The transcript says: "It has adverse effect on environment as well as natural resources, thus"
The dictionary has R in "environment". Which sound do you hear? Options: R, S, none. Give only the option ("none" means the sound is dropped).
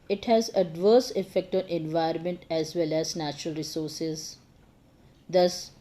none